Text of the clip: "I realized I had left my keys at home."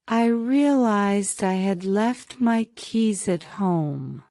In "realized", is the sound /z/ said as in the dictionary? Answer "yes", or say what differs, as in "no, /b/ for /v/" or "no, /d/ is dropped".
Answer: yes